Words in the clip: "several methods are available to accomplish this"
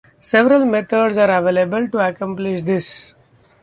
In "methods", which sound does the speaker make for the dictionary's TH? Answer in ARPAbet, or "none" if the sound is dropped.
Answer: T